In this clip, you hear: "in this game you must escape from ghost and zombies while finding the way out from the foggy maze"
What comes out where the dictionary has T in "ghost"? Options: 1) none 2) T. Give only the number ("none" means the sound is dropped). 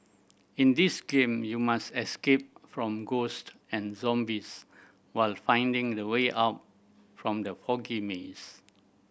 2